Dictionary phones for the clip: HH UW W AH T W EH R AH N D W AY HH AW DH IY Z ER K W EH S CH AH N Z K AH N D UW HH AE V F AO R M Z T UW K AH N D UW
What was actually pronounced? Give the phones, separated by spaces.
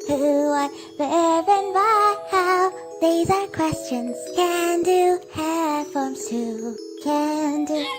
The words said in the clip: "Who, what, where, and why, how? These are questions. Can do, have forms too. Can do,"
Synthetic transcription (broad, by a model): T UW W AH T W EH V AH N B AY HH AW DH IY Z ER K W EH S CH AH N Z K AH N D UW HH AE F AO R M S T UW K AH N D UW